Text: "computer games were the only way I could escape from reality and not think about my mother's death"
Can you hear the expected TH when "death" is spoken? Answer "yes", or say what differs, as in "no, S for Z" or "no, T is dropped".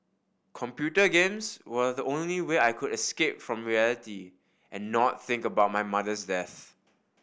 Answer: yes